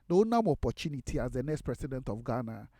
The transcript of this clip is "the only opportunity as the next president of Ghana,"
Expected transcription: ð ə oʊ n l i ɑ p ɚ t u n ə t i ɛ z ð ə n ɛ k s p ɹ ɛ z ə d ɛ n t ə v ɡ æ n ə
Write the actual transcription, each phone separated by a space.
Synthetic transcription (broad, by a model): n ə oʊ n i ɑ p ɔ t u n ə t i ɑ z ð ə n ɛ k s p ɹ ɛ s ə d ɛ n t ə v ɡ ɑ n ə